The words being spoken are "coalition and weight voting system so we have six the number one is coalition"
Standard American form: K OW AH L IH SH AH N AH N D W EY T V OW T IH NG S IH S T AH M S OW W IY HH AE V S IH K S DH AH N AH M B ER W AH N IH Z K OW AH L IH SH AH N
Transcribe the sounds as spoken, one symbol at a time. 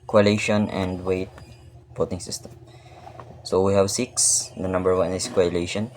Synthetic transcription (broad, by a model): K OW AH L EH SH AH N AH N D W EY T B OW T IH NG S IH S T AH M S OW W IY HH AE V S IH K S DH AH N AH M B ER W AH N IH S K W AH L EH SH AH N